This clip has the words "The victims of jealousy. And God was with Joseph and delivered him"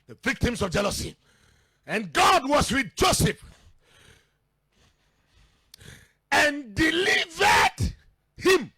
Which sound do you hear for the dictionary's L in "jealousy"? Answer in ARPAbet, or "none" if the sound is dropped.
L